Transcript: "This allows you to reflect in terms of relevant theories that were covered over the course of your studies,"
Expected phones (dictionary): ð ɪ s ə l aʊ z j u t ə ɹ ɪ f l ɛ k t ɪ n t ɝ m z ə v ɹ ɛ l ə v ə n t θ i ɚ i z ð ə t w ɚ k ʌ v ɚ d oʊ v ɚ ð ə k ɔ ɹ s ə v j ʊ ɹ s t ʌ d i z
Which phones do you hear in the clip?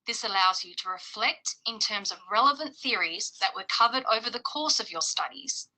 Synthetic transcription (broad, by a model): ð ɪ s ə l aʊ z j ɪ t ə ɹ ɪ f l ɛ k t ɪ n t ɝ m z ə v ɹ ɛ l ə v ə n θ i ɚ i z ð ə t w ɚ k ʌ v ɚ d oʊ v ɚ ð ə k ɔ ɹ s ə v j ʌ ɹ s t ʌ d i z